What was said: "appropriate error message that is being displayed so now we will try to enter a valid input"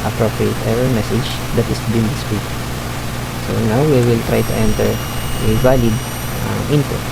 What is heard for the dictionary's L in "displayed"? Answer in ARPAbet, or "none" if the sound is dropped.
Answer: none